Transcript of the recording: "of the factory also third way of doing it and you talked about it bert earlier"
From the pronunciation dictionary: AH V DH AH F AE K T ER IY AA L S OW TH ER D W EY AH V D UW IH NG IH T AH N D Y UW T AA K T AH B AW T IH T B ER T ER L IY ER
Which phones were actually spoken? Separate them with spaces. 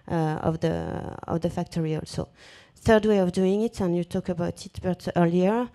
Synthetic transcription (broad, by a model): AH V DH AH F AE K T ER IY AA L S OW TH ER D W EY AH V D UW IH NG IH T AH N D Y UW T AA K AH B AW T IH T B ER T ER L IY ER